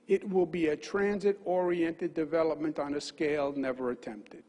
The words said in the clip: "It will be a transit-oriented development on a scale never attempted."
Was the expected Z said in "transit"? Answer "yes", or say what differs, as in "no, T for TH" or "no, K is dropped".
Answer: yes